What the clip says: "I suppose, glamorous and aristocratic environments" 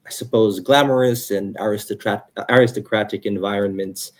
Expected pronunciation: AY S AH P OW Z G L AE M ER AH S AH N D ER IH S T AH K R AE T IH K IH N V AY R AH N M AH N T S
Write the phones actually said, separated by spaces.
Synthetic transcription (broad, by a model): AY S AH P OW Z G L AE M ER AH S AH N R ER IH S T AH K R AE T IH K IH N V AY R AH N M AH N T S